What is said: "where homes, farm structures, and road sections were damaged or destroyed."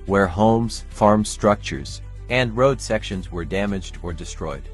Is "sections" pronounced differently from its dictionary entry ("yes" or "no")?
no